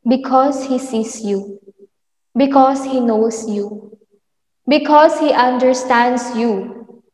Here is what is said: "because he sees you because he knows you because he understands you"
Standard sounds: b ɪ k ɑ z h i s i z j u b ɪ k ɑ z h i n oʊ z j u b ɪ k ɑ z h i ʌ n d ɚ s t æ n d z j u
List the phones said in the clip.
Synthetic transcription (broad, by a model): b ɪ k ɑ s h i s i s j u b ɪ k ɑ s h i n oʊ s j u b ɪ k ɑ s h i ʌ n d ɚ s t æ n d s j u